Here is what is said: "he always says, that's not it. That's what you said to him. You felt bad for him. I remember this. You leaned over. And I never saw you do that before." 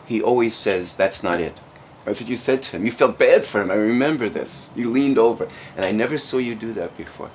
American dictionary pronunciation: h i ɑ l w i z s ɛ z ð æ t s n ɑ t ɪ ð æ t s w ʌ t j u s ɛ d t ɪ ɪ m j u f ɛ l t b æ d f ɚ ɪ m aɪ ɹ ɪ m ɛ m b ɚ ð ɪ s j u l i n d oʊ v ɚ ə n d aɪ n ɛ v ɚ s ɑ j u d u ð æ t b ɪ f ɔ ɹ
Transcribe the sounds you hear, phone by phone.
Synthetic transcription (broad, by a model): h i ɑ l w i z s ɛ z ð æ t s n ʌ t ɪ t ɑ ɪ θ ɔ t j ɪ s ɛ d t ɪ ɪ m j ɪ f ɛ l t b æ d f ɚ ɪ m aɪ ɹ ɪ m ɛ m b ɚ ð ɪ s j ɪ l i n d oʊ v ɚ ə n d aɪ n ɛ v ɚ s ɑ j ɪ d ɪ ð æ t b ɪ f ɔ ɹ